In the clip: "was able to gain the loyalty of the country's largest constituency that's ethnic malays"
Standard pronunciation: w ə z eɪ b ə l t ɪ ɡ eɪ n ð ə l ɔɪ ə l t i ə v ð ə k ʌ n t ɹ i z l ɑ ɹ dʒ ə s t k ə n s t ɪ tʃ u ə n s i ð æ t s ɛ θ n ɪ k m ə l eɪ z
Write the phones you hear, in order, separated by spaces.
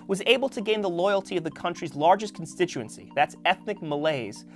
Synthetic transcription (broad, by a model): w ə z eɪ b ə l t ɪ ɡ eɪ n ð ə l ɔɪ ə l t i ə v ð ə k ʌ n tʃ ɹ i z l ɑ ɹ dʒ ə s k n s t ɪ tʃ u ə n s i ð æ t s ɛ θ n ɪ k m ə l eɪ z